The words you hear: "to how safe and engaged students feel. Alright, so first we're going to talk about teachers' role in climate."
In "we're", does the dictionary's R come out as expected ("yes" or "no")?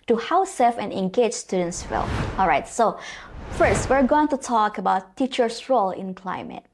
yes